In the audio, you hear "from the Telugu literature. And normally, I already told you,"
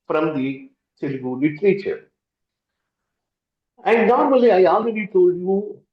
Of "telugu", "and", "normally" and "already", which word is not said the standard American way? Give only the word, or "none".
telugu